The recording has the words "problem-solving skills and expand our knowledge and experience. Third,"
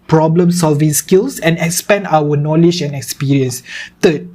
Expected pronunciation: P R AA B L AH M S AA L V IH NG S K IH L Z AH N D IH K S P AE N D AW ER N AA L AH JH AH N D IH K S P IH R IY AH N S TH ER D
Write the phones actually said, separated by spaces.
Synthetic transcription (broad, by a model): P R AA B L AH M S AA L V IH NG S K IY L S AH N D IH K S P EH N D AW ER N AA L AH JH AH N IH K S P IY R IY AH N S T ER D